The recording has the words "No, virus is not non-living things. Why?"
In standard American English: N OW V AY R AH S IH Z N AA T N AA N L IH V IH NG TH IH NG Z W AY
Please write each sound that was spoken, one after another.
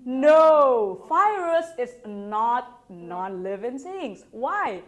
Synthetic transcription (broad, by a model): N OW F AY R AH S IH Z N AA T N AA N L IH V IH NG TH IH NG S W AY